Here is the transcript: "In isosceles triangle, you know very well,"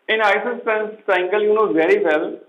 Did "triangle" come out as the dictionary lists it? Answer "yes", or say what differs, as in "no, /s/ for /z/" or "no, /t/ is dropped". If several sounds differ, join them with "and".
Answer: no, /ɹ/ is dropped